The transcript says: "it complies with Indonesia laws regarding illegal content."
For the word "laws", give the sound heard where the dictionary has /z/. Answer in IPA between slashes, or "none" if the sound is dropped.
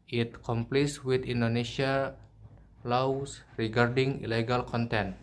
/s/